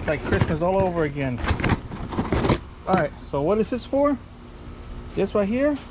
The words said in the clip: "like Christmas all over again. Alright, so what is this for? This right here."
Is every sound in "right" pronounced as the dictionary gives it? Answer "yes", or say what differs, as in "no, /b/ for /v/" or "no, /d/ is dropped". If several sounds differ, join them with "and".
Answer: no, /w/ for /ɹ/